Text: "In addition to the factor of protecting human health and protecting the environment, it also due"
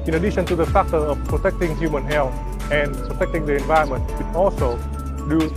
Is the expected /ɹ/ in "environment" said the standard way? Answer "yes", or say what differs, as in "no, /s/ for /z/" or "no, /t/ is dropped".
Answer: no, /ɹ/ is dropped